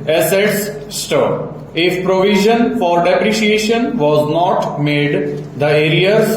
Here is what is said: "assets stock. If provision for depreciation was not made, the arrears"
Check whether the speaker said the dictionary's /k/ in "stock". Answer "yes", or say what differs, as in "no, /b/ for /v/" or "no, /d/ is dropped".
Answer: no, /k/ is dropped